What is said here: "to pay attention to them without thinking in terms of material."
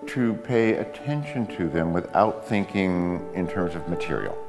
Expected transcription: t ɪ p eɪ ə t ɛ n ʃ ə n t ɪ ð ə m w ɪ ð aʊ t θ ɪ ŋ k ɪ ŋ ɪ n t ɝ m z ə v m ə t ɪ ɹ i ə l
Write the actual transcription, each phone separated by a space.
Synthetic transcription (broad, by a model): t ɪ p eɪ ə t ɛ n ʃ ə n t ɪ ð ə m w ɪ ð aʊ t θ ɪ ŋ k ɪ ŋ ɪ n t ɝ m z ə v m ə t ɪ ɹ i l